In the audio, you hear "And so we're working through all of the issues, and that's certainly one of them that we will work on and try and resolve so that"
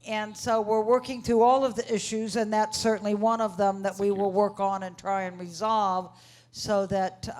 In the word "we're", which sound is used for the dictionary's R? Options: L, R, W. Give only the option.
R